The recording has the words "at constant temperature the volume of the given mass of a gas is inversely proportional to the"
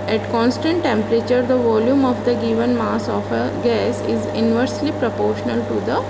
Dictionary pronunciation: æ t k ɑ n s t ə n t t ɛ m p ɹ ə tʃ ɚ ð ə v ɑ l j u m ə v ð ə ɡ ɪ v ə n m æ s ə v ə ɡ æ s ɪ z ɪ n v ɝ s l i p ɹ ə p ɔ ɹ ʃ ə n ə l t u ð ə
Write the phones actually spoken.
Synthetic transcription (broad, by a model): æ t k ɑ n s t ə n t t ɛ m p ɹ ə tʃ ɚ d ə v ɑ l j u m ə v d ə ɡ ɪ v ə n m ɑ s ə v ə ɡ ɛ s ɪ z ɪ n v ɝ s l i p ɹ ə p ɔ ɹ ʃ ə n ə l t u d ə